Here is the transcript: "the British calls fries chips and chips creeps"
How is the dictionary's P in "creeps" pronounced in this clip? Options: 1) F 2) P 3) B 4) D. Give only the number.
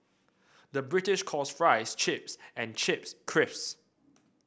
1